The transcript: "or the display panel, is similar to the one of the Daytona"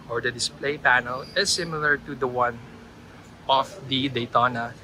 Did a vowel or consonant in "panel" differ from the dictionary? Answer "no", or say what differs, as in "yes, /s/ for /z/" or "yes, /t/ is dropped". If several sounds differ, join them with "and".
no